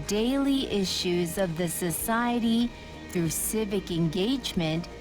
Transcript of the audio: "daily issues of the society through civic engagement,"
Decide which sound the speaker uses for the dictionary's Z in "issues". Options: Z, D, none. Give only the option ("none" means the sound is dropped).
Z